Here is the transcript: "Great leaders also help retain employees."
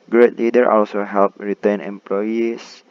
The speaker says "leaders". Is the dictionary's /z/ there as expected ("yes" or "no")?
no